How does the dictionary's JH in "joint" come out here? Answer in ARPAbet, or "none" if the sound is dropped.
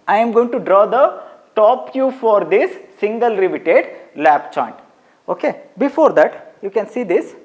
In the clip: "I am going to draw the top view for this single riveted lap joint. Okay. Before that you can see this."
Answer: CH